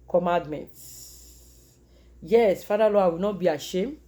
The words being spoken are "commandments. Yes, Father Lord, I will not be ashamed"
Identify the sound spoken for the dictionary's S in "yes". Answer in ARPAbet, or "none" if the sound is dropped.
S